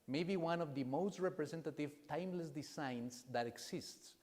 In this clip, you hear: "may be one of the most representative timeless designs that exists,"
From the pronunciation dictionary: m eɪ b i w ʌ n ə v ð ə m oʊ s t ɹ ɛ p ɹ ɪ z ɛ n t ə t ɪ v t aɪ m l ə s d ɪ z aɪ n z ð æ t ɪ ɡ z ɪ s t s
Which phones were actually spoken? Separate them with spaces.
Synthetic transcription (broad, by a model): m eɪ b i w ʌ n ə v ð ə m oʊ s t ɹ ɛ p ɹ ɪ s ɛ n t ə t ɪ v t aɪ m l ə s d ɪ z aɪ n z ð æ t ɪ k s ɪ s t s